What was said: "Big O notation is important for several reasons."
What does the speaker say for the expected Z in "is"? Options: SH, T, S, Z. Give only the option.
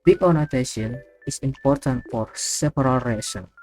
S